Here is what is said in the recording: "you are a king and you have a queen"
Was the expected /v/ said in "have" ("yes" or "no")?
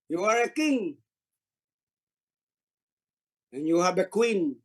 no